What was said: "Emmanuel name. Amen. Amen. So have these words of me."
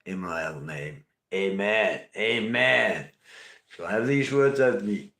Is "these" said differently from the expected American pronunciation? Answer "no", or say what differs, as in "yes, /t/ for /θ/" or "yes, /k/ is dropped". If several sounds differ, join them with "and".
no